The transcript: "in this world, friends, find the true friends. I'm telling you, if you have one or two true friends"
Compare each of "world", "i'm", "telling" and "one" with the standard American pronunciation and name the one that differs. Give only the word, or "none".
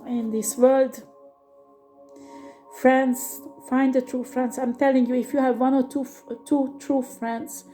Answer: none